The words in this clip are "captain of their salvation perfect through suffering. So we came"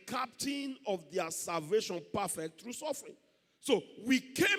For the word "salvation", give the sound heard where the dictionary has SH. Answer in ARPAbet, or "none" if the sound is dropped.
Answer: SH